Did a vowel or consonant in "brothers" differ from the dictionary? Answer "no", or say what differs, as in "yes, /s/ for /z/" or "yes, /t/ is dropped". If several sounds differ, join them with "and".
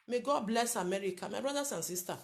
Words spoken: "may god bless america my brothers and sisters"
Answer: yes, /s/ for /z/